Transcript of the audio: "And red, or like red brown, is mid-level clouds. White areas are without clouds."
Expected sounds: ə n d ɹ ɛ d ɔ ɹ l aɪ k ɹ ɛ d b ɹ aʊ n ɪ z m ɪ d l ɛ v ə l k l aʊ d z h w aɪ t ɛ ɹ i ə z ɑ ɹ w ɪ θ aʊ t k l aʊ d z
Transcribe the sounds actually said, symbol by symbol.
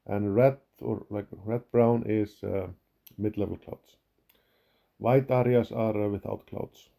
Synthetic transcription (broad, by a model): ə n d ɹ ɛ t ɔ ɹ l aɪ k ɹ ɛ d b ɹ aʊ n ɪ s m ɪ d l ɛ v ə l k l aʊ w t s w aɪ t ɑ ɹ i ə s ɑ ɹ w ɪ θ aʊ t k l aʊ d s